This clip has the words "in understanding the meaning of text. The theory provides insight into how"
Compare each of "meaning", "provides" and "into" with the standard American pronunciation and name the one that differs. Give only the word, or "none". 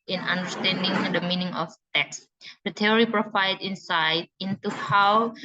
provides